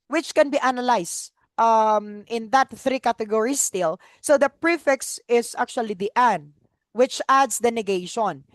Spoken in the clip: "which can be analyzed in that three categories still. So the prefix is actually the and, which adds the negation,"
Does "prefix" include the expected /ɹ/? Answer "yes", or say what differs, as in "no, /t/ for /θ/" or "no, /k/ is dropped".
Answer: yes